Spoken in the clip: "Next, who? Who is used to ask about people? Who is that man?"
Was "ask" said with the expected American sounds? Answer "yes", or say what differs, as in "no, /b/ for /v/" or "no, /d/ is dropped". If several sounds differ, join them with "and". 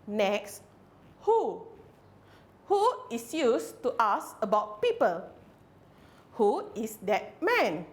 no, /k/ is dropped